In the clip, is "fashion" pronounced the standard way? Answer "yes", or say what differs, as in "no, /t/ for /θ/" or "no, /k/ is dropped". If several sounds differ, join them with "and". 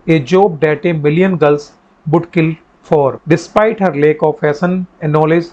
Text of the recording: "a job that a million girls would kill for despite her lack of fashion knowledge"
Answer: no, /s/ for /ʃ/